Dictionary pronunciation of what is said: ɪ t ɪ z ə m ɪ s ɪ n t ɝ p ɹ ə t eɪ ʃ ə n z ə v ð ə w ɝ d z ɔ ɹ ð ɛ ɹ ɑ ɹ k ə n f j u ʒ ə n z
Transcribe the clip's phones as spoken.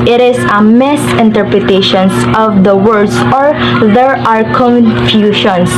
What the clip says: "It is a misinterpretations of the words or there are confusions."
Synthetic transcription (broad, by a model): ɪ t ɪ s ə m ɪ s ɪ n t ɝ p ɹ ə t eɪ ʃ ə n s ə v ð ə w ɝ d s ɔ ɹ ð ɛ ɹ ɑ ɹ k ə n f j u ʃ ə n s